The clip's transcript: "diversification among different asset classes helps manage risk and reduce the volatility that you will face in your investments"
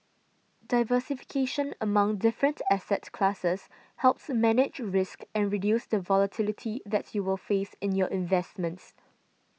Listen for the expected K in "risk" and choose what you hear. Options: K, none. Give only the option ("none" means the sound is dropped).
K